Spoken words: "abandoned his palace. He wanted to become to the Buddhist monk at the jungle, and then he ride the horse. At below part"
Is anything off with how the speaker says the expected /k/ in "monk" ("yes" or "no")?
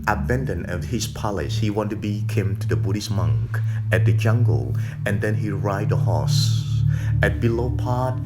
no